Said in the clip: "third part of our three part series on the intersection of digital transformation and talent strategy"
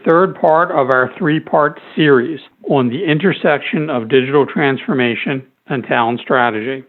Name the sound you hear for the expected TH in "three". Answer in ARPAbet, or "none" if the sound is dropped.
TH